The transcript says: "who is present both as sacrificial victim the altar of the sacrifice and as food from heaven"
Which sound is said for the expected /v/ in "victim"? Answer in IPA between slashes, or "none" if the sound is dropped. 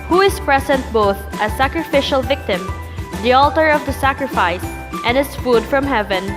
/v/